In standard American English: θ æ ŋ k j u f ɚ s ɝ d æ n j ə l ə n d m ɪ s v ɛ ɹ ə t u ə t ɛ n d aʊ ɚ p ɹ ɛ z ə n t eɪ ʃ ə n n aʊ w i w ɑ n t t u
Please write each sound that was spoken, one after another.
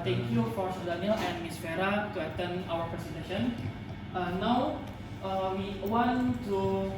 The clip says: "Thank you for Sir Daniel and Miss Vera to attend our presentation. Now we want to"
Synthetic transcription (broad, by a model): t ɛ ŋ k j u f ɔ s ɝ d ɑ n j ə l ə n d m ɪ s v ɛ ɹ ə t u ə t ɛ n aʊ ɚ p ɹ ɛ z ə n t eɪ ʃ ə n n aʊ w i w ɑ n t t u